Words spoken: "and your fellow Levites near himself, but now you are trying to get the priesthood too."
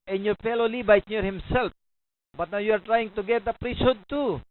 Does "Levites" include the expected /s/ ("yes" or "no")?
no